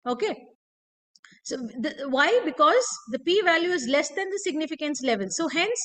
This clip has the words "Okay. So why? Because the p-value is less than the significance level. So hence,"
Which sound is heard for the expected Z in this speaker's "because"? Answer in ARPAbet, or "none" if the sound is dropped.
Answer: Z